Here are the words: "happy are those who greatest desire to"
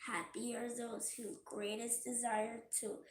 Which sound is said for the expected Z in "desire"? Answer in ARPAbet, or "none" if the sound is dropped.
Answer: Z